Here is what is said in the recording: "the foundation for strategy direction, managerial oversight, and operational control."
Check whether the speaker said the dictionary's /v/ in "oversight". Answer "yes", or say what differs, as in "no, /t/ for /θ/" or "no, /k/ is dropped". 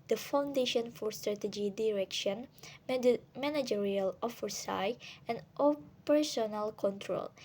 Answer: no, /f/ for /v/